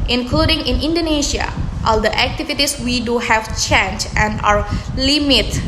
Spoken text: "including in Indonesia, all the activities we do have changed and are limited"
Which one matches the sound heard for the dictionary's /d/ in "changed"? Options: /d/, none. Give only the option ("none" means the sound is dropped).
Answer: none